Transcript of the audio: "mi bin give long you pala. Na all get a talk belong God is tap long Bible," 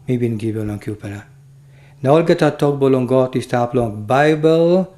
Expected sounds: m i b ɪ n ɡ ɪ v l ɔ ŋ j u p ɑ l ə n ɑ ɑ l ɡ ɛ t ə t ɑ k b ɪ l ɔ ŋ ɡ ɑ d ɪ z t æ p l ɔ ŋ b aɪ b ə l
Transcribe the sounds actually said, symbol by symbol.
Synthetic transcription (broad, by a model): m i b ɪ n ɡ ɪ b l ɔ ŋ j u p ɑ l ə n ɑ ɑ l ɡ ɛ t ə t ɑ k b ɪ l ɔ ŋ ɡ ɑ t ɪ s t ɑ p l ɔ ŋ b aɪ b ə l